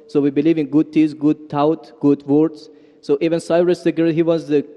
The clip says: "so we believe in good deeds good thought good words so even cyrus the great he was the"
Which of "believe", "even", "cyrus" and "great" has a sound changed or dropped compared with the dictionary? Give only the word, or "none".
great